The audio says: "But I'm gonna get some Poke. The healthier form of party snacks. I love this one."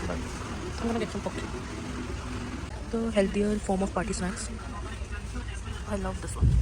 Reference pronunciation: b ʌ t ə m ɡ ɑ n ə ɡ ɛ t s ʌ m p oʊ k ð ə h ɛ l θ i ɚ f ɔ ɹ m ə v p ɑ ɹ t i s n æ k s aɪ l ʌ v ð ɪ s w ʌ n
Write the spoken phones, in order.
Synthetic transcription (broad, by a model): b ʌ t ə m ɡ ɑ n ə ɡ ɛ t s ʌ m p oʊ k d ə h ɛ l t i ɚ f ɔ ɹ m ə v p ɑ ɹ t i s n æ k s aɪ l ʌ v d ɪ s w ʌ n